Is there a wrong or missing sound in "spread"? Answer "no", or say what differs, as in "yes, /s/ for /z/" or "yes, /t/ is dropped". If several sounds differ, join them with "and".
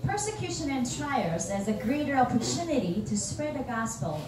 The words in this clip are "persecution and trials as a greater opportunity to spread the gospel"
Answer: no